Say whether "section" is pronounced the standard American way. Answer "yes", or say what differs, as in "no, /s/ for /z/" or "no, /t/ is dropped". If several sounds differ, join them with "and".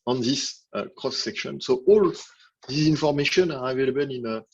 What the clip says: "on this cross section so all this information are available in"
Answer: yes